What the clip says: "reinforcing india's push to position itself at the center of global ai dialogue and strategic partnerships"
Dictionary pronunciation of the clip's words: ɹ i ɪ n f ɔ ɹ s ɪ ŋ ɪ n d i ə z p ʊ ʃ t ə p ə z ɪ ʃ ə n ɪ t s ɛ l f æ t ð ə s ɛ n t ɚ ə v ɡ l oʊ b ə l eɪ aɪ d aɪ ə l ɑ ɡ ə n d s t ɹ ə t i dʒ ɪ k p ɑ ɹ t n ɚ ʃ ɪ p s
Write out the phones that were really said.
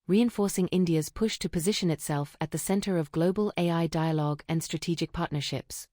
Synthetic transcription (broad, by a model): ɹ i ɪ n f ɔ ɹ s ɪ ŋ ɪ n d i ə z p ʊ ʃ t ə p ə z ɪ ʃ ə n ɪ t s ɛ l f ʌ t ð ə s ɛ n t ɚ ə v ɡ l oʊ b ə l eɪ aɪ d aɪ ə l ɑ ɡ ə n s t ɹ ə t i dʒ ɪ k p ɑ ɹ t n ɚ ʃ ɪ p s